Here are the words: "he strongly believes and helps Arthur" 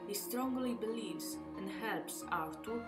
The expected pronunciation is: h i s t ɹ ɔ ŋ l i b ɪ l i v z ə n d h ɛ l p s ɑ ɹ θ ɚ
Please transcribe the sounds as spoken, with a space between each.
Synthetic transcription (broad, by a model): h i s t ɹ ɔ ŋ l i b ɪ l i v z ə n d h ɛ l p s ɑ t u